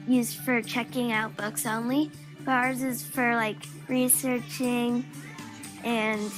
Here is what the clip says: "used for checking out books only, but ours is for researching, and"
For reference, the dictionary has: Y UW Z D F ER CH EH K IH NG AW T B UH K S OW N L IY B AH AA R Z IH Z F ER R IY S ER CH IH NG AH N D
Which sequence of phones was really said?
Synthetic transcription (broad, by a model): Y UW Z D F ER CH EH K IH NG AW T B UH K S OW N L IY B AA R Z IH Z F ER R IY S ER CH IH NG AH N